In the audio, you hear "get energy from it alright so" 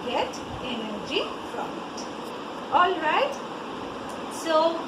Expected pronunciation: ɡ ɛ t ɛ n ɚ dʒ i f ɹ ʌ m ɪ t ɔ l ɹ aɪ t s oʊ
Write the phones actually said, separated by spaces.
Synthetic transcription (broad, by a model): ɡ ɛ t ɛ n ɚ dʒ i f ɹ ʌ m ɪ t ɔ l ɹ aɪ t s oʊ